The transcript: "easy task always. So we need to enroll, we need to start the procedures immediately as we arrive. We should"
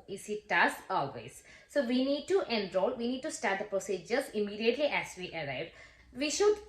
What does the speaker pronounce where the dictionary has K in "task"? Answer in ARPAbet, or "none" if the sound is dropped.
none